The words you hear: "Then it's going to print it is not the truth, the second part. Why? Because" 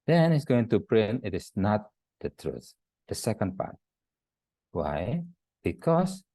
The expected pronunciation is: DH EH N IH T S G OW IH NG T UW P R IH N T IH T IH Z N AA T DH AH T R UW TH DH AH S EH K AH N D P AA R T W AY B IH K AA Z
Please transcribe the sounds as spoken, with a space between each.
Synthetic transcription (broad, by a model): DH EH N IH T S G OW IH NG T UW P R IH N T IH T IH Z N AA T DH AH T R UW TH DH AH S EH K AH N D P AA R T W AY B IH K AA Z